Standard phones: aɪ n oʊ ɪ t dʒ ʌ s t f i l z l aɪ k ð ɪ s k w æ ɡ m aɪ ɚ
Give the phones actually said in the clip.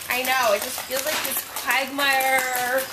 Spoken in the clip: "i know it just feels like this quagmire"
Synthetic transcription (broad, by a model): aɪ n oʊ ɪ t dʒ ʌ s t f i l z l aɪ k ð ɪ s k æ ɡ m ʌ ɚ